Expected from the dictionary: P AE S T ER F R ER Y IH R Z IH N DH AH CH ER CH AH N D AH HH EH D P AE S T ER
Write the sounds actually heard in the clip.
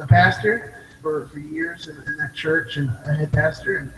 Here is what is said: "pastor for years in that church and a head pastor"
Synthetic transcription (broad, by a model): P AE S T ER F R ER Y IH R Z IH N DH AH CH ER CH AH N AH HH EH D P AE S T ER